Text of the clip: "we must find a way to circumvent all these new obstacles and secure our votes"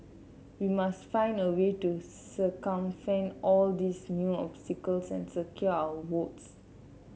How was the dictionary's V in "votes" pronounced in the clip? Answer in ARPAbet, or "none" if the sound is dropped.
W